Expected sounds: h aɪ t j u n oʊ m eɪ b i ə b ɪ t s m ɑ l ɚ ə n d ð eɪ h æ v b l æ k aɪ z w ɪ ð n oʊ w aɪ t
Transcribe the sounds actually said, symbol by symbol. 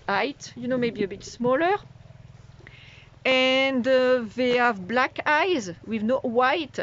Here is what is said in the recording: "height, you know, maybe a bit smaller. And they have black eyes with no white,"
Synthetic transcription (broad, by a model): aɪ t j u n oʊ m eɪ b i ə b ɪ t s m ɑ l ɚ ə n d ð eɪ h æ v b l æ k aɪ z w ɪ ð n oʊ w aɪ t